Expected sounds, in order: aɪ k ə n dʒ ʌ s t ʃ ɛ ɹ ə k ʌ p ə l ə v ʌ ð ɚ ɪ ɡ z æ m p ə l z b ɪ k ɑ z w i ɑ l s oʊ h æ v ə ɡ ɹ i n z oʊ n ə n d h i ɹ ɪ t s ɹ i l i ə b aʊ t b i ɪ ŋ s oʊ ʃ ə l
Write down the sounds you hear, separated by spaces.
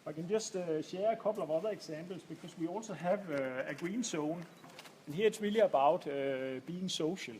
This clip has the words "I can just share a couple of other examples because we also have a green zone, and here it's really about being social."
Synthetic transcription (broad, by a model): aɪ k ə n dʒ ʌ s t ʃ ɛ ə k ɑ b l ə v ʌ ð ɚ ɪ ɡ s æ m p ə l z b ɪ k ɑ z w i ɑ l s oʊ h æ v ə ɡ ɹ i n s oʊ n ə n h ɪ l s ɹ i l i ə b aʊ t b i ɪ ŋ s oʊ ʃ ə l